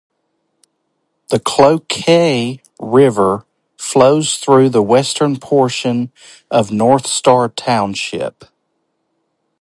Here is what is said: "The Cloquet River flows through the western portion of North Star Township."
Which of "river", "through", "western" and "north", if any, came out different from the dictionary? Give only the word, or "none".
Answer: none